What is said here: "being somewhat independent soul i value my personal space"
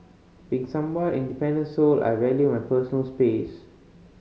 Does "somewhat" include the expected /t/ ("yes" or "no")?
no